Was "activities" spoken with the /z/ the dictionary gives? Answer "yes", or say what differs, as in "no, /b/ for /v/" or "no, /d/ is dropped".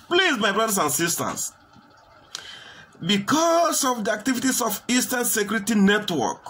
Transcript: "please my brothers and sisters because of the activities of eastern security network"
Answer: no, /s/ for /z/